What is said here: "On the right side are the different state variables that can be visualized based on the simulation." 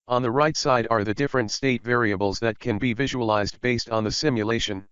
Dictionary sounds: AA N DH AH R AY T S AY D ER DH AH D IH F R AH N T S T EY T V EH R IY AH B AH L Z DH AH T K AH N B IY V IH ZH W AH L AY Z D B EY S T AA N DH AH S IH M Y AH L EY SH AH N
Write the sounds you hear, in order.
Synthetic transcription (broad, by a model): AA N DH AH R AY T S AY D ER DH AH D IH F R AH N T S T EY T V EH R IY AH B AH L Z DH AH T K AH N B IY V IH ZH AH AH L AY Z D B EY S T N DH AH S IH M Y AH L EY SH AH N